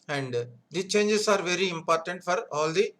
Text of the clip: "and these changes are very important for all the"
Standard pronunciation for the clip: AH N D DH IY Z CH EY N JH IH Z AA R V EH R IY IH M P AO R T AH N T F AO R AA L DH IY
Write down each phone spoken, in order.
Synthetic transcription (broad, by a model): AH N D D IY CH EY N JH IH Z AA R V EH R IY IH M P AO R T AH N T F AO R AA L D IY